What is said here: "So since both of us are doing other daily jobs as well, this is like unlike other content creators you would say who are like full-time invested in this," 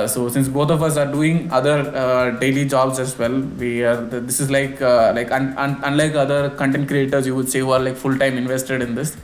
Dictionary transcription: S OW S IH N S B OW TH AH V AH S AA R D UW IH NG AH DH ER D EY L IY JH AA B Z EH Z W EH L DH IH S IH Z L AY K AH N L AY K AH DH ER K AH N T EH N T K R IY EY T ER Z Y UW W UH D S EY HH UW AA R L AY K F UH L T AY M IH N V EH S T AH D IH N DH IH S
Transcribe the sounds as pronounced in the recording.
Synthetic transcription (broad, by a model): S OW S IH N S B OW T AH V AH S AA R D UW IH NG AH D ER D EY L IY JH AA B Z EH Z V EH L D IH S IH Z L AY K AH N L AY K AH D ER K AH N T EH N T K R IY EY T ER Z Y UW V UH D S EY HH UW AA R L AY K F UH L T AY M IH N V EH S T AH D IH N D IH S